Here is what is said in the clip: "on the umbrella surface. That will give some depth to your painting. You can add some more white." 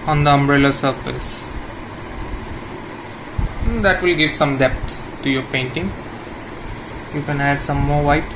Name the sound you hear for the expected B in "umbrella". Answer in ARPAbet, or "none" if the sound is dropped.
B